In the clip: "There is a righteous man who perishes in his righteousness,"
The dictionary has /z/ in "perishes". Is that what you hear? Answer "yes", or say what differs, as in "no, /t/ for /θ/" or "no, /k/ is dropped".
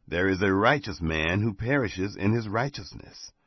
yes